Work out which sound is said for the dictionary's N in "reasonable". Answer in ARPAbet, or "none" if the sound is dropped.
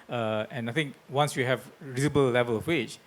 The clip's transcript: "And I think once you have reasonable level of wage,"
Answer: none